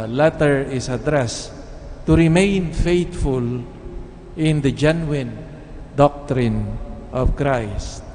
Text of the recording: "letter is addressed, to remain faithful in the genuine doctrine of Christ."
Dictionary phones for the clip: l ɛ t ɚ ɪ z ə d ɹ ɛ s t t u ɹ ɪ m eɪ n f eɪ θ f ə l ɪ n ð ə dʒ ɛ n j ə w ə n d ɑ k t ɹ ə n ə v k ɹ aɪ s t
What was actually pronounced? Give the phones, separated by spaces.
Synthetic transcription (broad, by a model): l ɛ t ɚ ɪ s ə d ɹ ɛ s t t u ɹ ɪ m eɪ n f eɪ t f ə l ɪ n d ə dʒ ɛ n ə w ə n d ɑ k t ɹ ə n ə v k ɹ aɪ s t